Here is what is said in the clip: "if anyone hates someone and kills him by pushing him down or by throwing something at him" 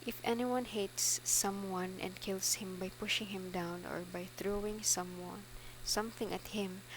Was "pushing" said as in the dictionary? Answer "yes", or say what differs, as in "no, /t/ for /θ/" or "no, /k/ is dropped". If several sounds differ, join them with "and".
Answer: yes